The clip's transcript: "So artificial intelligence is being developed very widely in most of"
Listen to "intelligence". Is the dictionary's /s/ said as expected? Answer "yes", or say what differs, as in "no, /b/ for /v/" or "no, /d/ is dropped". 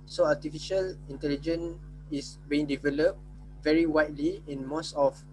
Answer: no, /s/ is dropped